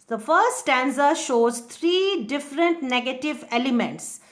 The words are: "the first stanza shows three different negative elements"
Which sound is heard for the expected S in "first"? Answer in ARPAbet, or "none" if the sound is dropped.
S